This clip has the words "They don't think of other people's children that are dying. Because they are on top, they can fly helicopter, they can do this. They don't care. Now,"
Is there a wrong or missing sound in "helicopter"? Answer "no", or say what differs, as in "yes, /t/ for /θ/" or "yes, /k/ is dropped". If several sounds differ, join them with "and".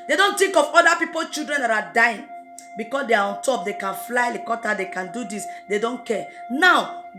yes, /p/ is dropped